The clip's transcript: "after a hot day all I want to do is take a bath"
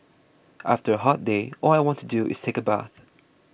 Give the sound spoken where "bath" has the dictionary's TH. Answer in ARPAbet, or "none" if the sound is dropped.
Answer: TH